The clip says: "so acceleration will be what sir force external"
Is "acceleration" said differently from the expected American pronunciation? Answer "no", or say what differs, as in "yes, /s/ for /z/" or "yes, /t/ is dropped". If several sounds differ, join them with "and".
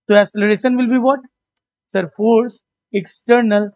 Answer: yes, /k/ is dropped